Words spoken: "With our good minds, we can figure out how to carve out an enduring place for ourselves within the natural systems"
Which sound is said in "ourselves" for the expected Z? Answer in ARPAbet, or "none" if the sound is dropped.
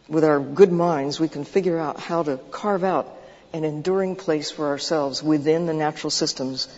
Z